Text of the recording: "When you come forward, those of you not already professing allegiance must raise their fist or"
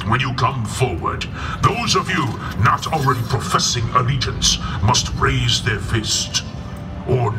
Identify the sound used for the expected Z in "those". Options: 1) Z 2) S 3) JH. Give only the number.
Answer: 1